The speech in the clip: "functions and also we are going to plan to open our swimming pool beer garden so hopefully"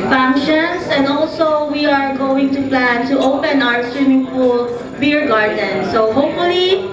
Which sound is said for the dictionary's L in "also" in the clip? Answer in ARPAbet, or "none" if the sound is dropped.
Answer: L